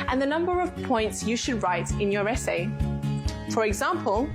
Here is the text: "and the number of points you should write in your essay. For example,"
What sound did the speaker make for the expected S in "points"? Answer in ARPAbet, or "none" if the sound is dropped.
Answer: S